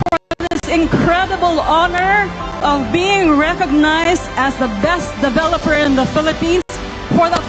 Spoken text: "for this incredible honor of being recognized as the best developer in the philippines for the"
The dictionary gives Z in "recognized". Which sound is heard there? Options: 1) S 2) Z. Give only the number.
2